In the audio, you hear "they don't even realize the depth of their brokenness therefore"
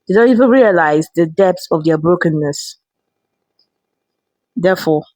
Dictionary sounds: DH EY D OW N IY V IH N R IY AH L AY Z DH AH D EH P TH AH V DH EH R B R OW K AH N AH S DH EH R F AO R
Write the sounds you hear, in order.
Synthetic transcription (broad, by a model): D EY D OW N IY V IH N R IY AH L AY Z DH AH D EH P S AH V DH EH B R OW K AH N AH S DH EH F AO